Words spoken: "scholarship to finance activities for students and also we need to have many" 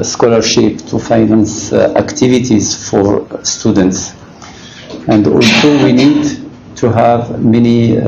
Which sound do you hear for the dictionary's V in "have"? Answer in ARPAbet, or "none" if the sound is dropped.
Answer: V